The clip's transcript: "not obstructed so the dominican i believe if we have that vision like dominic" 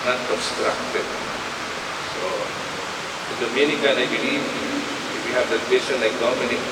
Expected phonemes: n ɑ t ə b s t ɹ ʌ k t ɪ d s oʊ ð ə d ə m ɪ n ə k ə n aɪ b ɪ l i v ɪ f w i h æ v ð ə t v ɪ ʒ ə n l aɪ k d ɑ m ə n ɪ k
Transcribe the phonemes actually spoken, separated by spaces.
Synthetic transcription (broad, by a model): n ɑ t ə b s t ɹ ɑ k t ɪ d s oʊ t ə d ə m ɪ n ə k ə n aɪ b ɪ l i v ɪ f w i h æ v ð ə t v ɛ ʃ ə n l aɪ k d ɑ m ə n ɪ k